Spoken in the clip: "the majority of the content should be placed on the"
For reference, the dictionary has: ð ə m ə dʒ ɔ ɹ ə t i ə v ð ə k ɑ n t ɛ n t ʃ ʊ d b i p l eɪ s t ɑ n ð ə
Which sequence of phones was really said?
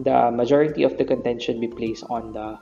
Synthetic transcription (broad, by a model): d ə m ə dʒ ɔ ɹ ə t i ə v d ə k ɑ n t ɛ n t ʃ ʊ d b i p l eɪ s t ɑ n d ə